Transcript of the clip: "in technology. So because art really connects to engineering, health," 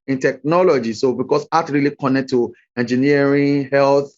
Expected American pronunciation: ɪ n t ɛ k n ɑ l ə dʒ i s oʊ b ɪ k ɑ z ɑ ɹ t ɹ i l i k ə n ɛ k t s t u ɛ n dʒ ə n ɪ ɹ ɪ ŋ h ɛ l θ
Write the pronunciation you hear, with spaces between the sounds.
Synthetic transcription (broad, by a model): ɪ n t ɛ k n ɑ l ə dʒ i s oʊ b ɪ k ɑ s ɑ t ɹ i l i k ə n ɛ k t t u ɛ n dʒ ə n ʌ ɹ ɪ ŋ h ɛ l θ